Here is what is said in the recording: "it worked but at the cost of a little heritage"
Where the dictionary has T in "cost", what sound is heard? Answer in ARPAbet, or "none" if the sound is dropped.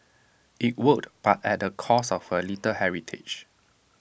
none